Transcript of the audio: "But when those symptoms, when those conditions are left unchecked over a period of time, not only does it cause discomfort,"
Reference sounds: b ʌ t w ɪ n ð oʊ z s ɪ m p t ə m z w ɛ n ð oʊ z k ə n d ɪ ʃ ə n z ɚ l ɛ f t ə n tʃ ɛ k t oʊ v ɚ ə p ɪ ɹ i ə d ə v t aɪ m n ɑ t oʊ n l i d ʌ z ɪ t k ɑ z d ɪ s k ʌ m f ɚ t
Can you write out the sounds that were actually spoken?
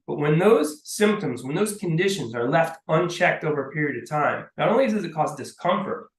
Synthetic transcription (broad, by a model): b ʌ t w ɪ n ð oʊ z s ɪ m p t ə m z w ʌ n ð oʊ z k ə n d ɪ ʃ ə n z ɚ l ɛ f t ə n tʃ ɛ k t oʊ v ɚ ə p ɪ ɹ i ə d ə v t aɪ m n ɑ t oʊ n l i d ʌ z ɪ t k ɑ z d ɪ s k ʌ m f ɚ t